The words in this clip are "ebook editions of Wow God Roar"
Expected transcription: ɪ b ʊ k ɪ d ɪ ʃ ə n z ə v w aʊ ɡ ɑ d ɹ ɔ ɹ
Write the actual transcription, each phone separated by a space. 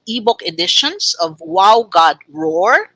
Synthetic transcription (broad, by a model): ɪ b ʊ k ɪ d ɪ ʃ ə n s ə v w aʊ ɡ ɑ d ɹ ɔ ɹ